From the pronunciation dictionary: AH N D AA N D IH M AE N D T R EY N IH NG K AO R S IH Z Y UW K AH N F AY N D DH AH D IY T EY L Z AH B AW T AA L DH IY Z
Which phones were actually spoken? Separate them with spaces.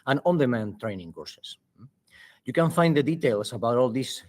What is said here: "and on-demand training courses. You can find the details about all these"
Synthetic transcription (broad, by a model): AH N AA N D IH M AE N T R EY N IH NG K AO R S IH S Y UW K AH N F AY N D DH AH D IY T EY L S AH B AW T AA L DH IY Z